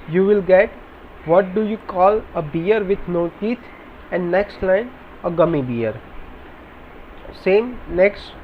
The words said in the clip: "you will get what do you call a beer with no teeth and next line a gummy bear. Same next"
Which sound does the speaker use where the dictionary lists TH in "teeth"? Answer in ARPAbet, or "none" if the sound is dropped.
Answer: T